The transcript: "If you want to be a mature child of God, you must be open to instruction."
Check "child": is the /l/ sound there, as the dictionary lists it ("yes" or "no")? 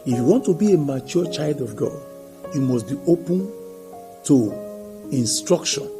yes